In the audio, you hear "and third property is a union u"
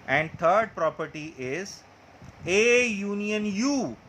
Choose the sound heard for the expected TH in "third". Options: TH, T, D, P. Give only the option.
T